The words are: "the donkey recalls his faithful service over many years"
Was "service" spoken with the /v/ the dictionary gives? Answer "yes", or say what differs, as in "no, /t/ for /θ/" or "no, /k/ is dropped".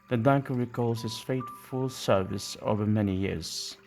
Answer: yes